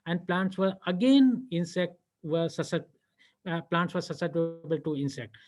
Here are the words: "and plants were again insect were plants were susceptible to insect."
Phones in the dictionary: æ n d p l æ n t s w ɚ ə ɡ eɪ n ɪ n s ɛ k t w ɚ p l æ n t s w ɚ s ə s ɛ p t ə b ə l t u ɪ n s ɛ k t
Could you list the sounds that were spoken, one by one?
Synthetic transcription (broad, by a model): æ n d p l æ n t s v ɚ ə ɡ eɪ n ɪ n s ɛ k t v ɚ p l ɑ n t s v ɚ s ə s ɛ t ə b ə l t u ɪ n s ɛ k t